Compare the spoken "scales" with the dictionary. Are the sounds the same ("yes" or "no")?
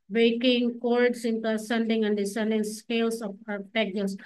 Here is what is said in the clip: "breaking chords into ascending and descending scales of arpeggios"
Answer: no